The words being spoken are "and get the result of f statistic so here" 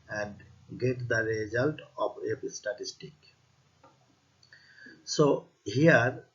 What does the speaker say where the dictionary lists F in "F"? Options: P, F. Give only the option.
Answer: P